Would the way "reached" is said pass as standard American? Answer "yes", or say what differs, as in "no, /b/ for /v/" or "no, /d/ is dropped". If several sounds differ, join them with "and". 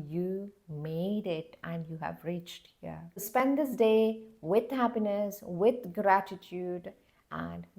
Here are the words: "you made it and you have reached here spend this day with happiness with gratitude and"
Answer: yes